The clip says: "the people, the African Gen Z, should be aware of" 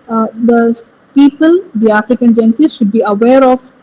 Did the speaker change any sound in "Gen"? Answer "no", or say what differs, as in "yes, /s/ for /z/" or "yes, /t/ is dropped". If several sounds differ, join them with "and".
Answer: no